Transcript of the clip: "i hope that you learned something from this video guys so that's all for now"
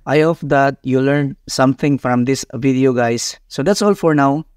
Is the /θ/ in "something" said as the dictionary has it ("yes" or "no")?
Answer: no